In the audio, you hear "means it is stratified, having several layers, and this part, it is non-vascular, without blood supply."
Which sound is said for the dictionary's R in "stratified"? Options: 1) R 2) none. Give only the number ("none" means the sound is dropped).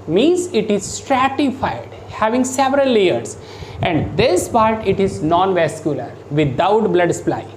1